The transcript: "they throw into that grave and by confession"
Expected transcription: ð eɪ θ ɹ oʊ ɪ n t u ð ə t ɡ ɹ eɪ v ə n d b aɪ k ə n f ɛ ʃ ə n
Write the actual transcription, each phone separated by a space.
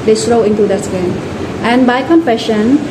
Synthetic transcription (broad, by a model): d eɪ s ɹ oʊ ɪ n t u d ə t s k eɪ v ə n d b aɪ k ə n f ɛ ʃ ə n